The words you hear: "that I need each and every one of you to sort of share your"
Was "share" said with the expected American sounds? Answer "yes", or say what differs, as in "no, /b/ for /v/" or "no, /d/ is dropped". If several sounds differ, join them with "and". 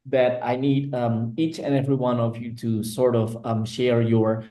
yes